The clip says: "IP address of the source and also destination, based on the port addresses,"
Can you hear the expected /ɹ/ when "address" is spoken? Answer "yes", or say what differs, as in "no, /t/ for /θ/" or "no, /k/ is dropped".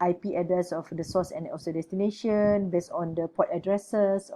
no, /ɹ/ is dropped